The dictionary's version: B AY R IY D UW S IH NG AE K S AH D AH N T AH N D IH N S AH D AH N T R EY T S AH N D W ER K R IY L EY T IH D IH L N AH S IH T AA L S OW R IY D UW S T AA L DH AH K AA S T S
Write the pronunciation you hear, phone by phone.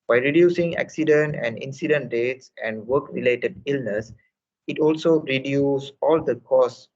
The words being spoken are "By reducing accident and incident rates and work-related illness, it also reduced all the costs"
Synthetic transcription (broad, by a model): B AY R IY D UW S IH NG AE K S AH D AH N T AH N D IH N S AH D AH N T R EY T S AH N D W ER K R IY L EY T IH D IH L N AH S IH T AA L S OW R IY D UW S AA L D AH K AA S S